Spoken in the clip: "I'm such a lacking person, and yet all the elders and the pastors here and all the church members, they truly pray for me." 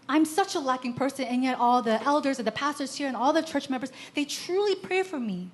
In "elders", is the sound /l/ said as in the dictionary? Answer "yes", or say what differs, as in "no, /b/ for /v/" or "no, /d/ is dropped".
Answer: yes